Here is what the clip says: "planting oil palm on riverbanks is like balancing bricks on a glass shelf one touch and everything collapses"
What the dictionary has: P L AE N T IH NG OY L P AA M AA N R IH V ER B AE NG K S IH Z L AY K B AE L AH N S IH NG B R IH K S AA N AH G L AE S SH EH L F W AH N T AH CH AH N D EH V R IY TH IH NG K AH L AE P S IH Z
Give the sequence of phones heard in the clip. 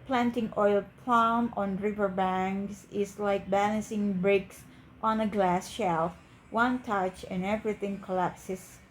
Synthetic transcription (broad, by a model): P L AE N T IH NG OY L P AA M AA N R IH V ER B AE NG K S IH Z L AY K B AE L AH N S IH NG B R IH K S AA N AH G L AE S SH EH L F W AH N T AH CH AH N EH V R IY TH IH NG K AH L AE P S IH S